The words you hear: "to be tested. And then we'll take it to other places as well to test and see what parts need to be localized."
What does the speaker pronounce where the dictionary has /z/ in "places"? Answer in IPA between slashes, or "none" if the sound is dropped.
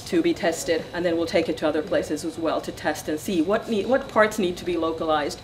/z/